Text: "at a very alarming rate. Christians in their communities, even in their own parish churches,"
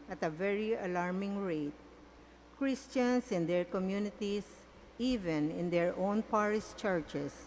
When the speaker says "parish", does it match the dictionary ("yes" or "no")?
no